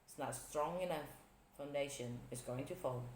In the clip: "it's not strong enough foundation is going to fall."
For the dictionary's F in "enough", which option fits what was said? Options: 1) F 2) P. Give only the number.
1